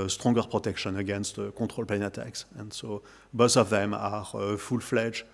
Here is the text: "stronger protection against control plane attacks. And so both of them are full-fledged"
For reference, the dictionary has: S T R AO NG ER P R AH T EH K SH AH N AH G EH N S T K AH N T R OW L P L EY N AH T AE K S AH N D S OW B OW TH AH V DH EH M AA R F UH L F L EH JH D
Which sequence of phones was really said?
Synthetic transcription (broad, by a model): S T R AO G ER P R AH T EH K SH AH N AH G EH N S T K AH T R OW L P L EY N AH T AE K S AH N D S OW B OW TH AH V DH EH M AA R F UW L F L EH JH